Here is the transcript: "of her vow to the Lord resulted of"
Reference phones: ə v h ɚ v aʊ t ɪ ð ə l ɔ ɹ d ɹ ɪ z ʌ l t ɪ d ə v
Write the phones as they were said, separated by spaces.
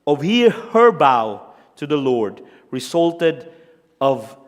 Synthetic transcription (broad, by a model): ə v h ɚ b aʊ t ɪ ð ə l ɔ ɹ d ɹ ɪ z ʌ l t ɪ d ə v